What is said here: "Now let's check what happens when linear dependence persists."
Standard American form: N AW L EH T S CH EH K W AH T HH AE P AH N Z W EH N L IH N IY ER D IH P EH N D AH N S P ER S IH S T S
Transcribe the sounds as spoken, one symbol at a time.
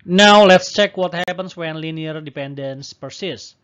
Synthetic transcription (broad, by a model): N AW L EH T S CH EH K W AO T HH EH P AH N S W EH N L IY N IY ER D IH P EH N D AH N S P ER S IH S S